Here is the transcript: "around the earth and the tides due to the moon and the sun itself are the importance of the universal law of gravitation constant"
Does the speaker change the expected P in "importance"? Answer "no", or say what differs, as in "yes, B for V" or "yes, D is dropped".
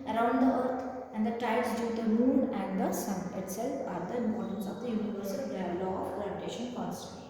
yes, P is dropped